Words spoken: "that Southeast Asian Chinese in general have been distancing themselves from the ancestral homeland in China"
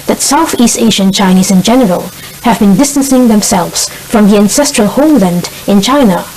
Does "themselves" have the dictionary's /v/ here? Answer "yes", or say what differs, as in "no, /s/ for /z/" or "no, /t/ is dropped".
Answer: yes